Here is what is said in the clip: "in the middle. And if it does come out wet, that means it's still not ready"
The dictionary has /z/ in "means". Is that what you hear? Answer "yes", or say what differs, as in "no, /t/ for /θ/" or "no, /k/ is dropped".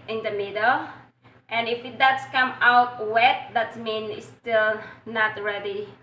no, /z/ is dropped